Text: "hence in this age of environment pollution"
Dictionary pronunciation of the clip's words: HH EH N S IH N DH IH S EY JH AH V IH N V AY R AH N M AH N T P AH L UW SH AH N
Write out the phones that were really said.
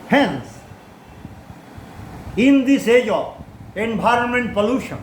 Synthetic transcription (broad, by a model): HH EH N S IH N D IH S EY JH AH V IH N B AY R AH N M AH N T P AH L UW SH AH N